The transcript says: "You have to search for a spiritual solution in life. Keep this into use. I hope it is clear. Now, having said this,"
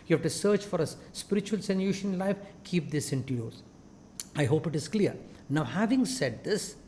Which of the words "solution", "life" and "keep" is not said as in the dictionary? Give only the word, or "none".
solution